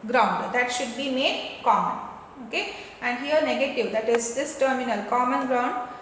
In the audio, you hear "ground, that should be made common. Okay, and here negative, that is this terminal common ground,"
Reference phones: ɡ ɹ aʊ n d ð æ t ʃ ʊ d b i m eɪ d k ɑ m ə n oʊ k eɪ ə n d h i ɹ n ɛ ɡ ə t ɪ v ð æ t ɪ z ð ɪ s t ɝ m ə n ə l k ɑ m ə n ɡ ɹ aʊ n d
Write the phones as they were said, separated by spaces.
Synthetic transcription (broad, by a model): ɡ ɹ aʊ n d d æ t ʃ ʊ d b i m eɪ d k ɑ m ə n oʊ k eɪ ə n d h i ɹ n ɛ ɡ ə t ɪ v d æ t ɪ z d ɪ s t ɝ m ə n ə l k ɑ m ə n ɡ ɹ aʊ n d